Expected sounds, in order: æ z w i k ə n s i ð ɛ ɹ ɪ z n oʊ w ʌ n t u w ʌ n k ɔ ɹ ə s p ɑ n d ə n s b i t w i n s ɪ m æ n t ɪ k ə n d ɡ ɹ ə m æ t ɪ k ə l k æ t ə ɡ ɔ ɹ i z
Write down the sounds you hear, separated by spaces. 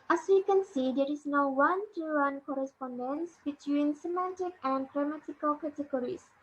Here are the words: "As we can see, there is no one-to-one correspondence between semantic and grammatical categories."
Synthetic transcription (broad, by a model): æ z w i k ə n s i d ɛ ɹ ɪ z n oʊ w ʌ n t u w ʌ n k ɔ ɹ ə s p ɑ n d ə n s b i t w i n s ɪ m æ n t ɪ k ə n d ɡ ɹ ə m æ t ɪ k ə l k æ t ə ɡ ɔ ɹ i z